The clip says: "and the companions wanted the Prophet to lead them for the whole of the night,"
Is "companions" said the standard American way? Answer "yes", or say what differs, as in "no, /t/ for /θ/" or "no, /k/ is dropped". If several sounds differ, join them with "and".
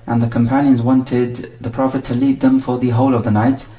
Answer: yes